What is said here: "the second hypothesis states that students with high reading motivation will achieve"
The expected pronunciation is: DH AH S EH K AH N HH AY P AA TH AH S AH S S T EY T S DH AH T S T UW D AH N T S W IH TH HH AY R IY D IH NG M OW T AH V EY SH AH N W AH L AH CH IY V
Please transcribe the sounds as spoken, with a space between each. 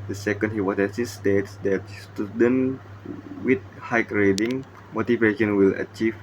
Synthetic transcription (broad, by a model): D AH S EH K AH N HH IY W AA S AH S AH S S T EY T S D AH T S T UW D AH N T W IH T HH AY R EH D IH NG M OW T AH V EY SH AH N W AH L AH CH IY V